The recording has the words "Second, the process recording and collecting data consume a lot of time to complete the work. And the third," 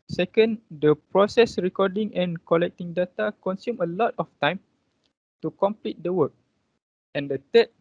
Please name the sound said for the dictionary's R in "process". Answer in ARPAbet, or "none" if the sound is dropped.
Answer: R